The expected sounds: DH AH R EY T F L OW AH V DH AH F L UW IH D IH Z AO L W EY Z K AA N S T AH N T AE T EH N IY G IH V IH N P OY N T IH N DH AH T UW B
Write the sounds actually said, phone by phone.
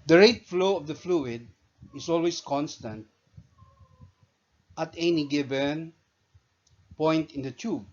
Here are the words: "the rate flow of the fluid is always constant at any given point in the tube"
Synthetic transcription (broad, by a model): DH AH R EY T F L OW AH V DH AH F L UW IH D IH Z AO L W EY S K AA N S T AH N T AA T EH N IY G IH B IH N P OY N T IH N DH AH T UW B